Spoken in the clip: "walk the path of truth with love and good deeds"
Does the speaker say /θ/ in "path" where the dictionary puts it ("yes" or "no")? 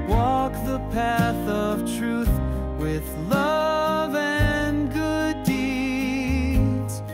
yes